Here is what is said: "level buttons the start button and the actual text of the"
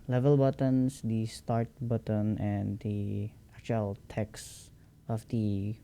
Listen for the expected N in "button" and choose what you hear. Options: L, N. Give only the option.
N